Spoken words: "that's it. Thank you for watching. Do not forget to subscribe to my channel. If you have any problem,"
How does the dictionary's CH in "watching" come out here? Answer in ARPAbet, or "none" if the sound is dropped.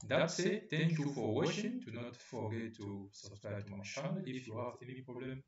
SH